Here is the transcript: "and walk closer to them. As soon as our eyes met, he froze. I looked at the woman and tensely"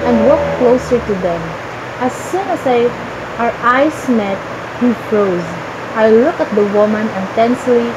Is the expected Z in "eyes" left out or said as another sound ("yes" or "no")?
yes